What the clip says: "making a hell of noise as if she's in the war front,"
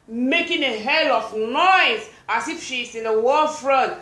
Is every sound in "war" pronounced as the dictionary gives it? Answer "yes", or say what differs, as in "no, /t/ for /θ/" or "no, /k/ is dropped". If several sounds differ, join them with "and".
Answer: no, /l/ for /ɹ/